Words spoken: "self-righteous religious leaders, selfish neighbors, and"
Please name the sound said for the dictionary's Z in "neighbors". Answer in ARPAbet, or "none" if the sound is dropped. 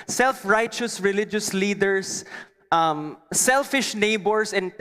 S